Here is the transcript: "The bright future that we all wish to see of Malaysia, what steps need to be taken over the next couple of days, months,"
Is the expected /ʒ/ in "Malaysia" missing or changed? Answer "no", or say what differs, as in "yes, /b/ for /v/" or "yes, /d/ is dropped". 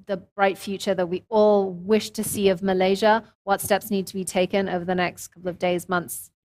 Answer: no